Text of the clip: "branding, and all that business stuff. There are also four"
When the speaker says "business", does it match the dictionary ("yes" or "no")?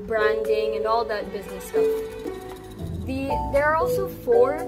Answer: yes